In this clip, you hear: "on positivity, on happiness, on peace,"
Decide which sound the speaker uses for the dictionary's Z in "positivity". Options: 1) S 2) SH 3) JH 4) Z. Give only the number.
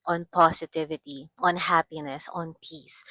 1